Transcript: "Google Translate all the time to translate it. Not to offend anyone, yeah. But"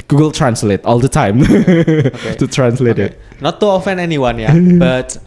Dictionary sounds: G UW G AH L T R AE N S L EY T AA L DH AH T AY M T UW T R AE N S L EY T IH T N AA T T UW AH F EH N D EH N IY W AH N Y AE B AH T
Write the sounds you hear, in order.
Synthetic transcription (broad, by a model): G UW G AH L T R AE N S L EY T AA L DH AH T AY M T UW T R AE N S L EY T IH T N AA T T UW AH F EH N EH N IY W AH N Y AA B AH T